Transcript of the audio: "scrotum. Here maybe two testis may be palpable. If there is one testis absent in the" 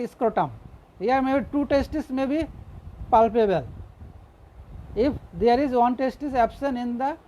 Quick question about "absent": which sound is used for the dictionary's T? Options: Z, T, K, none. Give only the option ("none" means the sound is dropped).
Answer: none